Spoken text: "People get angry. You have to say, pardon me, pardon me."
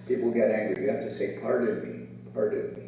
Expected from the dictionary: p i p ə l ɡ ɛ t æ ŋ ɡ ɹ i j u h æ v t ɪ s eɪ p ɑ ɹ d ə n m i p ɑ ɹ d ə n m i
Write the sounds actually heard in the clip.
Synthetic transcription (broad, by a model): p i p l ɡ ɛ t æ ŋ ɡ ɹ i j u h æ f t ɪ s eɪ p ɑ ɹ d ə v m i p ɑ ɹ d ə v m i